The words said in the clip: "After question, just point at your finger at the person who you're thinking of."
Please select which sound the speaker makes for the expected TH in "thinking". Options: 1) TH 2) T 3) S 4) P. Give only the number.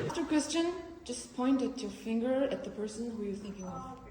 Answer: 1